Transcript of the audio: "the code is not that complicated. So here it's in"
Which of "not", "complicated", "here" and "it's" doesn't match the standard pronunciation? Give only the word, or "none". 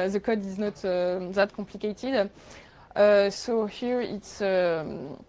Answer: complicated